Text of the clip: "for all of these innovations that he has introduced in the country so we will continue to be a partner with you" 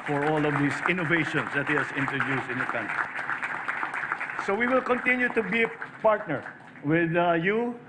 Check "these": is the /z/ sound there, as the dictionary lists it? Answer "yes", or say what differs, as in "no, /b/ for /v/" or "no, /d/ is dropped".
no, /s/ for /z/